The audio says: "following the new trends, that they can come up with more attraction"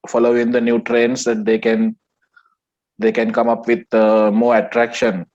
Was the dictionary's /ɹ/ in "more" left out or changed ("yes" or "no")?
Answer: no